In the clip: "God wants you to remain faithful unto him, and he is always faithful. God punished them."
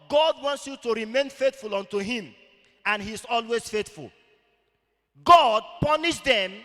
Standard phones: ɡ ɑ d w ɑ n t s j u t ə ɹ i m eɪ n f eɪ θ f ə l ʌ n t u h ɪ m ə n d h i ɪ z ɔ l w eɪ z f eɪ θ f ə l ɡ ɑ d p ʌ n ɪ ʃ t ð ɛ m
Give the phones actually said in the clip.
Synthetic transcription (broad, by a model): ɡ ɑ d w ɑ n t s j u t ə ɹ i m eɪ n f eɪ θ f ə l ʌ n t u h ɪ m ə n h i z ɔ l w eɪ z f eɪ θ f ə l ɡ ɑ d p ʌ n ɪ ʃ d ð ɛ m